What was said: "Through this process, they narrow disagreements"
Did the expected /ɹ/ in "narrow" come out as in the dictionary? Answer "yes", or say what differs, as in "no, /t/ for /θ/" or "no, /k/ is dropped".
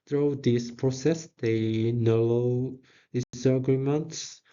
no, /l/ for /ɹ/